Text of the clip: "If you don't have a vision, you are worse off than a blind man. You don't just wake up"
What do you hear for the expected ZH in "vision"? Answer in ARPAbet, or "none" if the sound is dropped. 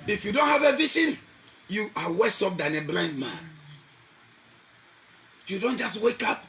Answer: S